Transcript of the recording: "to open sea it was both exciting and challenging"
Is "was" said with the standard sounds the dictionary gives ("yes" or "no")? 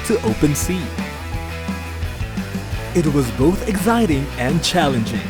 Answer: yes